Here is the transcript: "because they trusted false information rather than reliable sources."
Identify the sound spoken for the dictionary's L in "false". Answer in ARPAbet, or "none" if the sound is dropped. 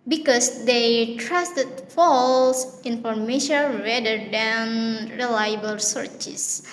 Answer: L